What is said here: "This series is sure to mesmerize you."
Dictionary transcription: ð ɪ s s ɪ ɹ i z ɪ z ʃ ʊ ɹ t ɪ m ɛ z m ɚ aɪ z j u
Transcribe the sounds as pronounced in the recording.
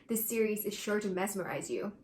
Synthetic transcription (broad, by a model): ð ɪ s s ɪ ɹ i z ɪ z ʃ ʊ ɹ t ɪ m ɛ s m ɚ aɪ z j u